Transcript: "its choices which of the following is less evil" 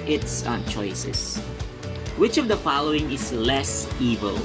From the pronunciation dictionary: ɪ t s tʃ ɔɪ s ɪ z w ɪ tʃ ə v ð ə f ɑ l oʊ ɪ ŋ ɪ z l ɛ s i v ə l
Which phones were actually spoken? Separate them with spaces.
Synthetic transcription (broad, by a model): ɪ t s tʃ ɔɪ s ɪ s w ɪ tʃ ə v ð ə f ɑ l oʊ ɪ ŋ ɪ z l ɛ s i v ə l